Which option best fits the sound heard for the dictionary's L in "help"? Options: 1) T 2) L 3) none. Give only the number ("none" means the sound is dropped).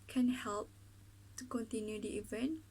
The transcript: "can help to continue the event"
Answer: 2